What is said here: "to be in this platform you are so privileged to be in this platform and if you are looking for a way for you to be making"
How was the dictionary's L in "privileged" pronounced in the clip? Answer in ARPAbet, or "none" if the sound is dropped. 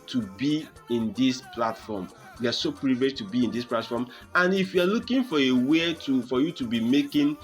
none